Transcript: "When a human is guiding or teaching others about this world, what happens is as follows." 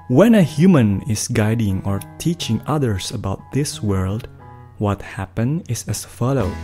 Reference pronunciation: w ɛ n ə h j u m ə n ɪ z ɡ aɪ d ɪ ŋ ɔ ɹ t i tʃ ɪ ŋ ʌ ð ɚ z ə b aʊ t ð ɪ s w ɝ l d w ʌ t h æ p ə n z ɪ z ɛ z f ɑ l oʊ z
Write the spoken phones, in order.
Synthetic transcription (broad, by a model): w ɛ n ə h j u m ə n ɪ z ɡ aɪ d ɪ ŋ ɔ ɹ t i tʃ ɪ ŋ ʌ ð ɚ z ə b aʊ t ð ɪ s w ɝ l d w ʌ t h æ p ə n ɪ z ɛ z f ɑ l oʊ